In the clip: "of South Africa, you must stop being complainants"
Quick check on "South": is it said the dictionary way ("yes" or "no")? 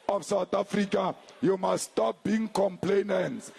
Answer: no